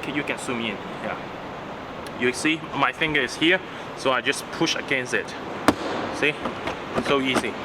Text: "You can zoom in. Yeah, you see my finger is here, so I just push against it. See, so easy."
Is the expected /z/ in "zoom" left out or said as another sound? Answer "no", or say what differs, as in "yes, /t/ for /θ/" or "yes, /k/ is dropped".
yes, /s/ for /z/